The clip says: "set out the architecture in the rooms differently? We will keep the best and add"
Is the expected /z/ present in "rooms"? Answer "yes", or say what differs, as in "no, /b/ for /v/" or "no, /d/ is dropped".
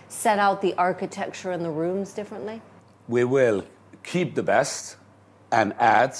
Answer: yes